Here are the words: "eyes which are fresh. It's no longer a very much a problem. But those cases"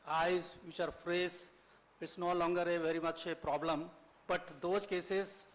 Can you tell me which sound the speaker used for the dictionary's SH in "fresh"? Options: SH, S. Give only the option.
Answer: S